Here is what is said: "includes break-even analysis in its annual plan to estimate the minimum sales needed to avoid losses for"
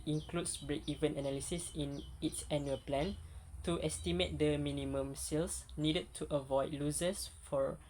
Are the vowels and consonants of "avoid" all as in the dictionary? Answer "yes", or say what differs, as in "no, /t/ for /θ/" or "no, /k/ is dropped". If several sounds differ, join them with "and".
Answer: yes